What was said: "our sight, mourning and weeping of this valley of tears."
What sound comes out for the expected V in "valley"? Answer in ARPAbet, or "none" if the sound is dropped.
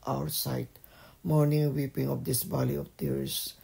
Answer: B